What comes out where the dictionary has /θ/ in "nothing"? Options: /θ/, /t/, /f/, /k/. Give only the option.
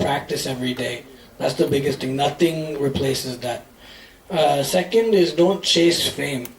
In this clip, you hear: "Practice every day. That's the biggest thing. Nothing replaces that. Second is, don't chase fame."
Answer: /θ/